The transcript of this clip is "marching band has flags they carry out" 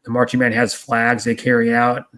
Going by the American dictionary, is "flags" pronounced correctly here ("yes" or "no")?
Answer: yes